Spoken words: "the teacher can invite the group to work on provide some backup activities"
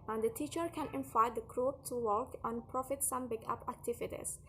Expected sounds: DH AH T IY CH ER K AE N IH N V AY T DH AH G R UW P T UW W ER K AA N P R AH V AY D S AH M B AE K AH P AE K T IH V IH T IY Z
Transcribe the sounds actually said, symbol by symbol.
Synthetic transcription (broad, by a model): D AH T IY CH ER K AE N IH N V AY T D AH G R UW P T UW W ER K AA N P R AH F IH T S AH M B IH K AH P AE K T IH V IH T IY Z